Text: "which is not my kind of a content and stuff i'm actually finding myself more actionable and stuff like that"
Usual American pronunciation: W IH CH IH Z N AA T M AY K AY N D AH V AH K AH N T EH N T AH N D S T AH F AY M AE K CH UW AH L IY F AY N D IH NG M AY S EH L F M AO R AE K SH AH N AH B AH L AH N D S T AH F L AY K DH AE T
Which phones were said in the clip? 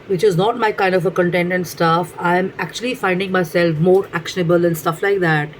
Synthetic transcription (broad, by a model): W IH CH IH Z N AA T M AY K AY N D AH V AH K AH N T EH N T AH N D S T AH F AY M AE K CH UW AH L IY F AY N D IH NG M AY S EH L F M AO R AE K SH AH N AH B AH L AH N S T AH F L AY K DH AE T